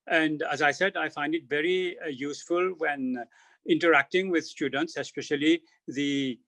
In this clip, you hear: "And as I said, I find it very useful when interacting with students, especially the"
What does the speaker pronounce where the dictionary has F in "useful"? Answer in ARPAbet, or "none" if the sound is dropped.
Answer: F